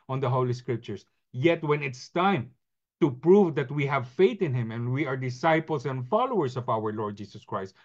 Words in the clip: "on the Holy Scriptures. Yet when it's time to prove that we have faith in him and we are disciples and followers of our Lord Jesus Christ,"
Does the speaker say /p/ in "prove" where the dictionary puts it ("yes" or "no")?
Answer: yes